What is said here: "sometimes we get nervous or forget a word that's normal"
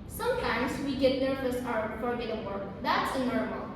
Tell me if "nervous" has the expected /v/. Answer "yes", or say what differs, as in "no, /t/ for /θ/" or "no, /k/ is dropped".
no, /f/ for /v/